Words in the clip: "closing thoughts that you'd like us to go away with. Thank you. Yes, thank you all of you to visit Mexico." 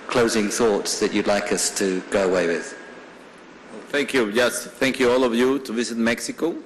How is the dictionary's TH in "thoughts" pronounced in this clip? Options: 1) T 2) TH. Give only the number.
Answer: 2